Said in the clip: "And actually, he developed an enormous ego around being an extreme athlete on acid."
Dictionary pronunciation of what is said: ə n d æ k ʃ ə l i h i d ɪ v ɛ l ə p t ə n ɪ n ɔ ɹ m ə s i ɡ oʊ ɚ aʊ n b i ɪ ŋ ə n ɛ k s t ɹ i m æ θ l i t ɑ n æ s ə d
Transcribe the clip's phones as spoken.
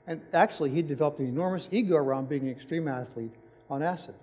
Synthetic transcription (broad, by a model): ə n æ k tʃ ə l i h i d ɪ v ɛ l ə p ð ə ɪ n ɔ ɹ m ə s i ɡ oʊ ɚ aʊ n b i ɪ ŋ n ɛ k s t ɹ i m æ θ l i t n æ s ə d